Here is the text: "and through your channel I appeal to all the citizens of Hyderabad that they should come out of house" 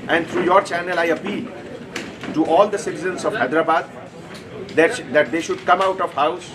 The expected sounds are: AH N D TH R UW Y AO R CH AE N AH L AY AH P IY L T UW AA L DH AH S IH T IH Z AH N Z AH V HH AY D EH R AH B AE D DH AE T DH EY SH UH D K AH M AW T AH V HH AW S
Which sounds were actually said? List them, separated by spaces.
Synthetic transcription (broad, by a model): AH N D T R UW Y AO R CH AE N AH L AY AH P IY L T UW AA L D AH S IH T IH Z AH N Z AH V HH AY D R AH B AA D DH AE T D EY SH UH D K AH M AW T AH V HH AW S